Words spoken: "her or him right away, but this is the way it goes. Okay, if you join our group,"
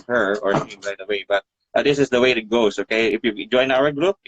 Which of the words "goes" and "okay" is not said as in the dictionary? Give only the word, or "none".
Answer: goes